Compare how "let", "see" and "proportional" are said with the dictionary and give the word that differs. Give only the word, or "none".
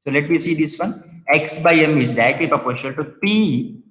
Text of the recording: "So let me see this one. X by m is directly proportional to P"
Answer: proportional